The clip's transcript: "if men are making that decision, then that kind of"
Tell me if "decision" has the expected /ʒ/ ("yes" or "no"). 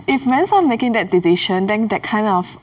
no